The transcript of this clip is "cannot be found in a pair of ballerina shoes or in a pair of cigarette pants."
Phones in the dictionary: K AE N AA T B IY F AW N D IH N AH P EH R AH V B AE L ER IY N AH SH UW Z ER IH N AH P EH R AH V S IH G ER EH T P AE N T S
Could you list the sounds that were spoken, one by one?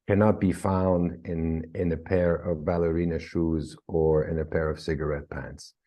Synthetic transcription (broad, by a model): K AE N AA T B IY F AW N D IH N AH P EH R AH V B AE L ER IY N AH SH UW Z ER IH N AH P EH R AH V S IH G ER EH T P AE N T S